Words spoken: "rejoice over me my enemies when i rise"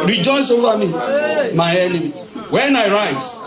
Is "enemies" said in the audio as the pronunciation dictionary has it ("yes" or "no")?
no